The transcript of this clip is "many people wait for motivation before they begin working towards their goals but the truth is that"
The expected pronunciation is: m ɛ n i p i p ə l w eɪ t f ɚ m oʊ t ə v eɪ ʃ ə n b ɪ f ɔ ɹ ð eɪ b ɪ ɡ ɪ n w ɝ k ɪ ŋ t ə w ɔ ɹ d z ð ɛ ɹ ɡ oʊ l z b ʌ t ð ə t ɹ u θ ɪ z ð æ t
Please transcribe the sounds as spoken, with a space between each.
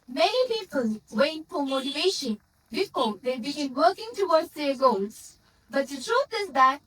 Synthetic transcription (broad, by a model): m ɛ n i p i p ə l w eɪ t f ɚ m oʊ t ə v eɪ ʃ ə n b ɪ f ɔ ɹ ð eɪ b ɪ ɡ ɪ n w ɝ k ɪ ŋ t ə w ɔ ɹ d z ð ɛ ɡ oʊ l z b ʌ t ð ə t ɹ u t ɪ z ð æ t